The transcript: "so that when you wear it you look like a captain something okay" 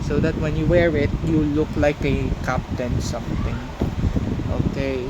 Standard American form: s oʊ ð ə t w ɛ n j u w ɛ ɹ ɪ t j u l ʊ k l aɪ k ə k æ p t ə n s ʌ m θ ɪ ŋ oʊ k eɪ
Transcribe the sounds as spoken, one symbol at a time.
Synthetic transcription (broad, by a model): s oʊ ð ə t w ɛ n j u w ɛ ɹ ɪ t j u l ʊ k l aɪ k ə k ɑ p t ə n s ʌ m t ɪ ŋ oʊ k eɪ